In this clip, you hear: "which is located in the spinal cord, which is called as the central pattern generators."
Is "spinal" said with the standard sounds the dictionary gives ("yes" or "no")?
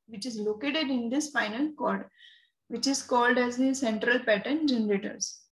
no